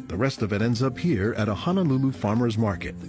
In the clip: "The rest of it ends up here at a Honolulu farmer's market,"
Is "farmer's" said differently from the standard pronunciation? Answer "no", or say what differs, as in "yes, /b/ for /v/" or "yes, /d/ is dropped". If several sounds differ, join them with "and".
no